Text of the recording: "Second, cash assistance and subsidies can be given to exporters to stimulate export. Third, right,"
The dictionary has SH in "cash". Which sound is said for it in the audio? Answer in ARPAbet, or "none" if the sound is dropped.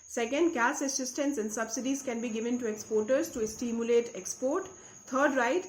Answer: S